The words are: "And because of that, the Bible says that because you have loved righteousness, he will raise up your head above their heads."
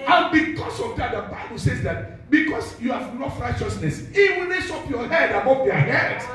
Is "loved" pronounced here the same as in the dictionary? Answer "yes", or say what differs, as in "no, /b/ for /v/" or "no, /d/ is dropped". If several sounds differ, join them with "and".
no, /n/ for /l/